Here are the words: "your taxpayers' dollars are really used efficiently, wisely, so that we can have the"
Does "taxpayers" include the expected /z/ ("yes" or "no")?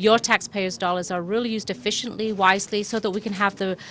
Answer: yes